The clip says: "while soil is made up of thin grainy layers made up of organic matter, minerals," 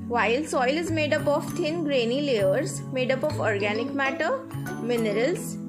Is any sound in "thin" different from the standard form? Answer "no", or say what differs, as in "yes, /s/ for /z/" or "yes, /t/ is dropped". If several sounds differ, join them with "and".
yes, /t/ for /θ/